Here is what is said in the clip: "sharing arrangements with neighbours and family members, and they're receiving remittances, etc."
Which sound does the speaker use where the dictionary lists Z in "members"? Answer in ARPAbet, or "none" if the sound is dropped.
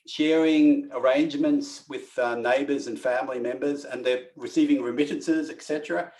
Z